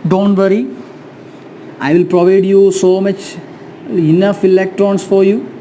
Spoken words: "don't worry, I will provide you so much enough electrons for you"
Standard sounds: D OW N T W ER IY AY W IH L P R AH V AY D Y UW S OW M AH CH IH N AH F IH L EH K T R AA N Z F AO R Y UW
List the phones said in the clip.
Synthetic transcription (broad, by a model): D OW N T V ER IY AY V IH L P R AH V AY D Y UW S OW M AH CH IH N AH F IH L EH K T R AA N S F AO R Y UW